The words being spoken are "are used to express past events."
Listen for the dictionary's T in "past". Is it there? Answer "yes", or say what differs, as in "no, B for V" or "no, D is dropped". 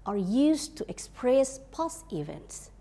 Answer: no, T is dropped